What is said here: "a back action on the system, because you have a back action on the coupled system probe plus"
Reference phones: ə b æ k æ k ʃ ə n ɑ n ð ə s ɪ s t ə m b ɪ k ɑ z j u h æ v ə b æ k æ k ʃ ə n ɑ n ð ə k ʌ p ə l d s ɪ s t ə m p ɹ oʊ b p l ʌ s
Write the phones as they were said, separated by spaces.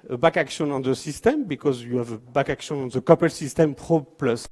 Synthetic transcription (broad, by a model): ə b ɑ k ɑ k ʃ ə n ɑ n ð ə s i s t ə m b ɪ k ɑ z j u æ v ə b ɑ k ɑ k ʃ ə n ɑ n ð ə k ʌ p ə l s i s t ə m p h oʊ p l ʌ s